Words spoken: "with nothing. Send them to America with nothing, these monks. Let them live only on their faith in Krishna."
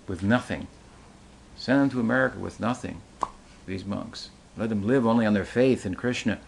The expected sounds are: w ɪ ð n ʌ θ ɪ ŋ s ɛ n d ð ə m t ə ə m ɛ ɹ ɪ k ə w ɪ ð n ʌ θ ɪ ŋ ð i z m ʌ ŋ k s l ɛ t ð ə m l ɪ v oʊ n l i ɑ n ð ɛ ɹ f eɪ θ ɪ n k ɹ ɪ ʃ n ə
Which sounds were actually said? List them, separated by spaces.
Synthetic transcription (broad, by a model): w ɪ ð n ʌ θ ɪ ŋ s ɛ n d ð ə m t ə ə m ɛ ɹ ɪ k ə w ɪ ð n ʌ θ ɪ ŋ ð i z m ʌ ŋ k s l ɛ t ð ə m l ɪ v oʊ n l i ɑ n ð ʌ ɹ f eɪ θ ɪ n k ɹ ɪ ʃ n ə